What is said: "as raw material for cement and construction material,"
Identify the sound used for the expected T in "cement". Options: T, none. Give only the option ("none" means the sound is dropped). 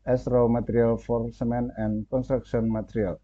none